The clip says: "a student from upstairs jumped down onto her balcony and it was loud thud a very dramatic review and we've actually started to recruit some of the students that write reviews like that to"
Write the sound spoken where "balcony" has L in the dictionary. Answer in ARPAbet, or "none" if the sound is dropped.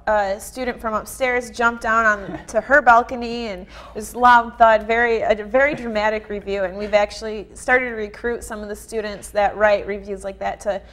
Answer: L